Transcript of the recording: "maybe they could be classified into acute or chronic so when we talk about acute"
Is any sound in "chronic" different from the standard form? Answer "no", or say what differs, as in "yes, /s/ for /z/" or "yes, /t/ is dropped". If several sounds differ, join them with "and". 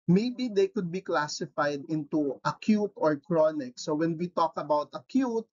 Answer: no